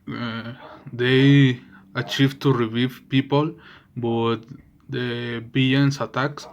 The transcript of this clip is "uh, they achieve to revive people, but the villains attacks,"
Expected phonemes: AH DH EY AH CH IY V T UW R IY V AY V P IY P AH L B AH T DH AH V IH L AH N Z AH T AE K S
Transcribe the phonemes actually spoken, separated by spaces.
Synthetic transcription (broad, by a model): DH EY AH CH IY V T UW R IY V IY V P IY P AH L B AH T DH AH B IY AH N S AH T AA K S